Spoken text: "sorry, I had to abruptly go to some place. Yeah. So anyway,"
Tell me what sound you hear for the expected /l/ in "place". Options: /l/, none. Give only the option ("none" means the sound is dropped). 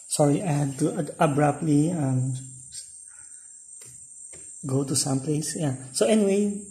/l/